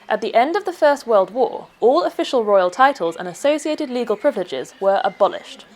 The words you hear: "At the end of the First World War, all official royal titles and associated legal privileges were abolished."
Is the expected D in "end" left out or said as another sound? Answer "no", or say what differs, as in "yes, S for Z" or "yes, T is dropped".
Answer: no